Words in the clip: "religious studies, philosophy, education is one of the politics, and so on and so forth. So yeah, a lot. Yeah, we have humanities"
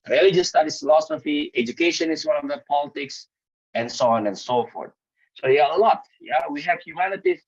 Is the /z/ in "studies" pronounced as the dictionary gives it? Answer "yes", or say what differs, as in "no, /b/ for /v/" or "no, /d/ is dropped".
no, /z/ is dropped